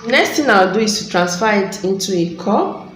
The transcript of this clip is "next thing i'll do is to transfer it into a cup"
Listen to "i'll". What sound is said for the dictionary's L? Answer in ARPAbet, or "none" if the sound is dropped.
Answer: W